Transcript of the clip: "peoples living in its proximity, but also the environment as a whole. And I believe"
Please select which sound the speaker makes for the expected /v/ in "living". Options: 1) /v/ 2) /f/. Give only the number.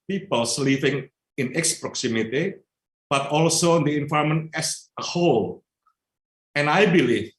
2